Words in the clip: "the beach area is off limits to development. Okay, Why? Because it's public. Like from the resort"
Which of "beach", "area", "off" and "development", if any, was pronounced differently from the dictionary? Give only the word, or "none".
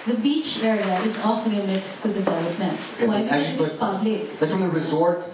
none